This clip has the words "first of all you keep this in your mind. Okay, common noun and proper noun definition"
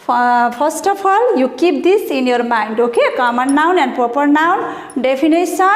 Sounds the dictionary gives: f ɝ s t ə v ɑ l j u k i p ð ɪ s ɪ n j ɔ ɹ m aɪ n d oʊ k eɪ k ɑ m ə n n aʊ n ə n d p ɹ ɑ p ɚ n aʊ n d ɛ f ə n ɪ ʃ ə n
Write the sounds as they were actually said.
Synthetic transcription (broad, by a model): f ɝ s t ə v ɑ l j u k i p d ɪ s ɪ n j ɔ ɹ m aɪ n d oʊ k eɪ k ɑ m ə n n aʊ n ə n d p ɹ ɑ p ɚ n aʊ n d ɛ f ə n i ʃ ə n